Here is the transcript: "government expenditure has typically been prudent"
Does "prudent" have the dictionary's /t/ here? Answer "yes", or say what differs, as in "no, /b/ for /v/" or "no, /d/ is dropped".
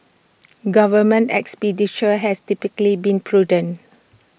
no, /t/ is dropped